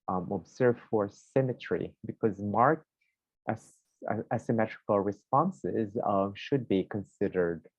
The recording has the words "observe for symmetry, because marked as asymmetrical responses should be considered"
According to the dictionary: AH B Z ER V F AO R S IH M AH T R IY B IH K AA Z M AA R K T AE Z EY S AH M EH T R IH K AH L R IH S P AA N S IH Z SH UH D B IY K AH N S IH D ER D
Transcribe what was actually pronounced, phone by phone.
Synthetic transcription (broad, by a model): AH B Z ER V F AO R S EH M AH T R IY B IH K AA Z M AA R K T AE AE S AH M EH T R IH K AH L R IH S P AA N S IH Z SH UH D B IY K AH N S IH D ER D